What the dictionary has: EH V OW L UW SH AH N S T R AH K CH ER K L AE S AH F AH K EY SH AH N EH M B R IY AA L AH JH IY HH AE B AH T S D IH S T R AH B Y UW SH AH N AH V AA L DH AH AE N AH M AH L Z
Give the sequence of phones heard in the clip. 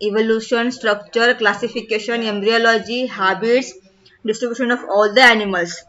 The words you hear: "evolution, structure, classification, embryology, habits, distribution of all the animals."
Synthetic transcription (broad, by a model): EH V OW L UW SH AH N S T R AH K CH ER K L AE S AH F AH K EY SH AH N EH M B R IY AA L AH JH IY HH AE B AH T S D IH S T R AH B Y UW SH AH N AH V AA L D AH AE N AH M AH L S